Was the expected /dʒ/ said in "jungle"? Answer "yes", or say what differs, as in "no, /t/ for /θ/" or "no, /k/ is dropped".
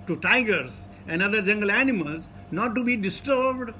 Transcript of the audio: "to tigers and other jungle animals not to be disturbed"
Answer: yes